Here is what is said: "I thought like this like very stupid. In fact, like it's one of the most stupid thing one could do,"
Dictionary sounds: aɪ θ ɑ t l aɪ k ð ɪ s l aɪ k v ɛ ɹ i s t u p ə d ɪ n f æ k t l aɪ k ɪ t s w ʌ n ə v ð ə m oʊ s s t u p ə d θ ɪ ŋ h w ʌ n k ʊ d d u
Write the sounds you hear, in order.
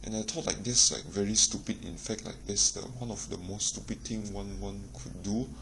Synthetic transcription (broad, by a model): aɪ t ɑ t l aɪ k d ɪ s l aɪ k v ɛ ɹ i s t u p ə d ɪ n f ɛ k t l aɪ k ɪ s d w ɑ n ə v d ə m oʊ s s t u p ə d t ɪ ŋ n w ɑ n k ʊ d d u